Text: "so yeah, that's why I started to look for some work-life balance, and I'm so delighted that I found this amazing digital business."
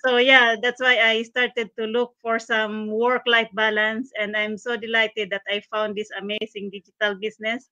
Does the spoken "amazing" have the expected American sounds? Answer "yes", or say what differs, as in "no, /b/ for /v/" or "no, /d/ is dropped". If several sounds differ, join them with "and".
no, /s/ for /z/